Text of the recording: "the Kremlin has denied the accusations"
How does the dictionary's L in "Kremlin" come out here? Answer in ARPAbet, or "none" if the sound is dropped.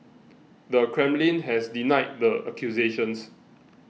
L